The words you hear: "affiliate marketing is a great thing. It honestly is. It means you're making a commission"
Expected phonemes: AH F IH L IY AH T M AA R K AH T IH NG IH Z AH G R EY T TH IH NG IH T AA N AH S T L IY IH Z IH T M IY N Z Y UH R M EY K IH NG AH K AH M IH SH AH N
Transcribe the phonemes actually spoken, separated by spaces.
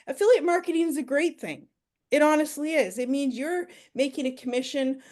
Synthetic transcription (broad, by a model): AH F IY L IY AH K M AA R K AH T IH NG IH Z AH G R EY T TH IH NG IH T AA N AH S T L IY IH Z IH T M IY N Z Y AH R M EY K IH NG AH K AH M IH SH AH N